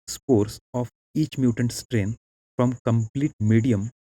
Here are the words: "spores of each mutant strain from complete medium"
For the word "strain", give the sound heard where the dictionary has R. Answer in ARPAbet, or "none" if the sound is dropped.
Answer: R